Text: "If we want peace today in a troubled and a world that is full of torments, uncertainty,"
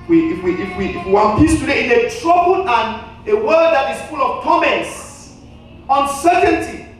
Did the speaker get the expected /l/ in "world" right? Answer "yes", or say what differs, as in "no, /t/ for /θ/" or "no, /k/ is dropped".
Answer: no, /l/ is dropped